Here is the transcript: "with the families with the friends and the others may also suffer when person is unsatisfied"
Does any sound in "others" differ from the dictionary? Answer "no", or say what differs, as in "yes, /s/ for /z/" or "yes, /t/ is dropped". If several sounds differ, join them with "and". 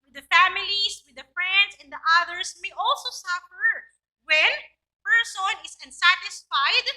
yes, /s/ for /z/